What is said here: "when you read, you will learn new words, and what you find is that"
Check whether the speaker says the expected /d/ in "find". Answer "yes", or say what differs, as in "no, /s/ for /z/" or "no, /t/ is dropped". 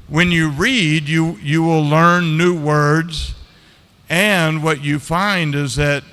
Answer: yes